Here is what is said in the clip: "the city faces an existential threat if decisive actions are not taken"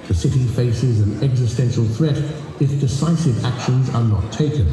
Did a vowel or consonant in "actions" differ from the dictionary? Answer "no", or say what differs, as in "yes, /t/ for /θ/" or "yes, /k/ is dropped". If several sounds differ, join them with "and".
no